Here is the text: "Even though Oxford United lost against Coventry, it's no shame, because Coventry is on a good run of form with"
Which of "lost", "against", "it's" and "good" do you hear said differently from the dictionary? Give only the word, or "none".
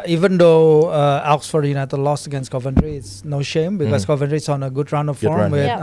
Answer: lost